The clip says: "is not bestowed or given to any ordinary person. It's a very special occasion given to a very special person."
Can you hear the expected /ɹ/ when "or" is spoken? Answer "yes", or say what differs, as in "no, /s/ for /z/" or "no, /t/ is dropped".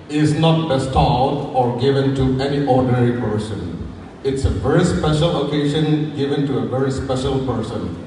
yes